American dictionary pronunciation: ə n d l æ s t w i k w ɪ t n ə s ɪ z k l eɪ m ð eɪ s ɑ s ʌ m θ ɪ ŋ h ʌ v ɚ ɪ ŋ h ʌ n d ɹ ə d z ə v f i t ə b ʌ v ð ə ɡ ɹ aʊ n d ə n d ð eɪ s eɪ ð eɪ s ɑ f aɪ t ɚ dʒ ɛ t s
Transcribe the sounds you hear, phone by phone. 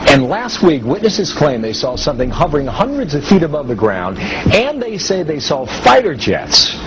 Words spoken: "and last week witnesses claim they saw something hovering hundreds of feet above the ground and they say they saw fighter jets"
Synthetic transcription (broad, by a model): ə n l æ s t w i k w ɪ t n ə s ɪ z k l eɪ m ð eɪ s ɑ s ʌ m θ ɪ ŋ h ʌ v ɚ ɪ ŋ h ʌ n d ɹ ə d z ə v f i t ə b ʌ v ð ə ɡ ɹ aʊ n d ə n ð eɪ s eɪ ð eɪ s ɑ f aɪ t ɚ dʒ ɛ t s